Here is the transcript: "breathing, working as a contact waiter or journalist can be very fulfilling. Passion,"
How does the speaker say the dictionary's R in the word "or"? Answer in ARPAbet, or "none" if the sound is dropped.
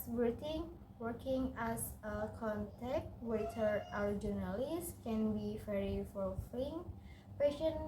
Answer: W